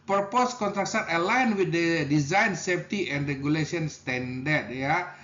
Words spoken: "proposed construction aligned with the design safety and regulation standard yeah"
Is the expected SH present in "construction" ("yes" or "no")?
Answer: no